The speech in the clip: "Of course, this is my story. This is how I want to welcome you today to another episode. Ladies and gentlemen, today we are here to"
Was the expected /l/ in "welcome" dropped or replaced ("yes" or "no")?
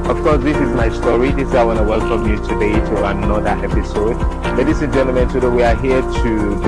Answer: no